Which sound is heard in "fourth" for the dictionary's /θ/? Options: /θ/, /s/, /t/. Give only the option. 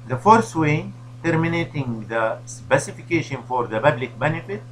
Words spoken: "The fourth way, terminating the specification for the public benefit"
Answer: /t/